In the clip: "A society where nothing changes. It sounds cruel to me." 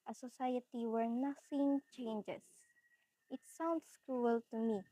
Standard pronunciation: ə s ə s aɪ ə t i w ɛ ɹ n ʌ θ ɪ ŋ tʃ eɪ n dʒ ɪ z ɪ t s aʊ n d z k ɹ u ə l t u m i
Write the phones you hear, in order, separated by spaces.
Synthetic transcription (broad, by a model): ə s ə s aɪ ə t i w ɛ ɹ n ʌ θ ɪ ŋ tʃ eɪ n dʒ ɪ s ɪ t s aʊ n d s k ɹ u ə l t u m i